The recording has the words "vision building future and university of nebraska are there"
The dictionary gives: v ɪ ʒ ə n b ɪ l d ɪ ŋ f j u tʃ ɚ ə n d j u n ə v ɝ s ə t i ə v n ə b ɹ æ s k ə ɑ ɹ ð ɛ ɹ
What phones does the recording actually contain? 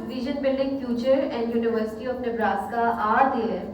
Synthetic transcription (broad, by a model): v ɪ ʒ ə n b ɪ l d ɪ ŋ f j u tʃ ɚ ə n d j u n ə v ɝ s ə t i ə p n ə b ɹ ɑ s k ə ɑ ɹ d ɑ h